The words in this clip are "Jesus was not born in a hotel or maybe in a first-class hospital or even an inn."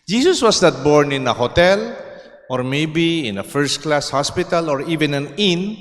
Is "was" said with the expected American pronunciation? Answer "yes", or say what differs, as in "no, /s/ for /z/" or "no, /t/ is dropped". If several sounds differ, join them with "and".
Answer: no, /s/ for /z/